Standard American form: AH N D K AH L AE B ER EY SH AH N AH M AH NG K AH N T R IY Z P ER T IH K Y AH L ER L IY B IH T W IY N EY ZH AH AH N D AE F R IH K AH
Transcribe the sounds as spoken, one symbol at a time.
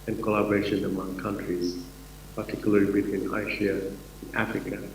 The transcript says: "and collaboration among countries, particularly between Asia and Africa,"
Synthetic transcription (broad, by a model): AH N K AH L AE B ER EY SH AH N AH M AH NG K AH N T R IY Z P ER T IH K Y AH L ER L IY B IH T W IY N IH SH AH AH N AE F R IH K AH